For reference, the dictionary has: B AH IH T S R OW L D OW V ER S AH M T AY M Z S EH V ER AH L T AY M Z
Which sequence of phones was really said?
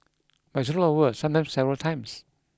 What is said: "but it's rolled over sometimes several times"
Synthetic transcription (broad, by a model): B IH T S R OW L OW ER S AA M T AY M S EH V ER AH L T AY M S